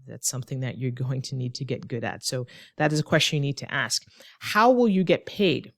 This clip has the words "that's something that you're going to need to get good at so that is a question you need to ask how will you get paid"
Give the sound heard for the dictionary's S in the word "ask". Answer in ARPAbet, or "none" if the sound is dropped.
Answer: S